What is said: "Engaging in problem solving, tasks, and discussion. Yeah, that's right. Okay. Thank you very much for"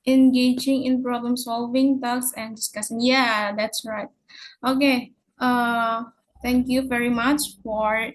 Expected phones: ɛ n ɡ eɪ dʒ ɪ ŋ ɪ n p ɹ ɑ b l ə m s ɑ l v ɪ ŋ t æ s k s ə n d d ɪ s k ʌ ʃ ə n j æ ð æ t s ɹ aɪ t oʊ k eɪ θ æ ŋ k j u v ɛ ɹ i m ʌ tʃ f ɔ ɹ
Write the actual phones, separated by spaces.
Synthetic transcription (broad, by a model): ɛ n ɡ eɪ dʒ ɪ ŋ ɪ n p ɹ ɑ b l ə m s ɑ l v ɪ ŋ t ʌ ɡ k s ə n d d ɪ s k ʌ s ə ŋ j æ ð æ t s ɹ aɪ t oʊ k eɪ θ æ ŋ k j u v ɛ ɹ i m ʌ tʃ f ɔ ɹ